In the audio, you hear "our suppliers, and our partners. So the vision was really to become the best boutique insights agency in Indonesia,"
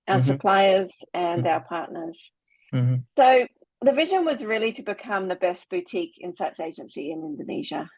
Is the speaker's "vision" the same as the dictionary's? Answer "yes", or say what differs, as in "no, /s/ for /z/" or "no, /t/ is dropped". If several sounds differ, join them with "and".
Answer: yes